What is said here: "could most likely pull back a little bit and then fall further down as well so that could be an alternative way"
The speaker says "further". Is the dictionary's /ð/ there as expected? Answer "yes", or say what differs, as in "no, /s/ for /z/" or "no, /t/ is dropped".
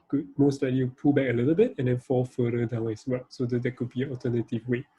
no, /ð/ is dropped